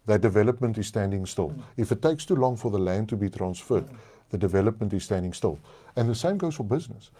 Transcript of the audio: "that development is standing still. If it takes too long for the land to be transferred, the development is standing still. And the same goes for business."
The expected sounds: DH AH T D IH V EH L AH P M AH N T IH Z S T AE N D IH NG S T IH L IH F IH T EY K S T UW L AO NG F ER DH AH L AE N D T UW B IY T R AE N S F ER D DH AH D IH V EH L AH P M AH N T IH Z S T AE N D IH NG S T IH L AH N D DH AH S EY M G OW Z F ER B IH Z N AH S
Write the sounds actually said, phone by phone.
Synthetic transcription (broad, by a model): DH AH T D IH V EH L AH P M AH N T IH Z S T AE N D IH NG S T IH L IH F IH T EY K S T UW L AO NG F ER DH AH L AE N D T UW B IY T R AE N S F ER D DH AH D IH V EH L AH P M AH N T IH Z S T AE N D IH NG S T IH L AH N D DH AH S EY M G OW Z F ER B IH Z N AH S